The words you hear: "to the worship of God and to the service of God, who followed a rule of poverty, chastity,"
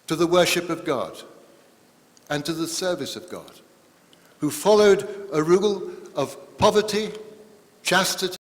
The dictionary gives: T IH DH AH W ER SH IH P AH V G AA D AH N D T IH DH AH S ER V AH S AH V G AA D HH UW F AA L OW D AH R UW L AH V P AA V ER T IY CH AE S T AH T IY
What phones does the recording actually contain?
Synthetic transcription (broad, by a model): T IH DH AH W ER SH IH P AH V G AA D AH N T IH DH AH S ER V AH S AH V G AA D HH UW F AA L OW D AH R UW L AH V P AA V ER T IY CH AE S T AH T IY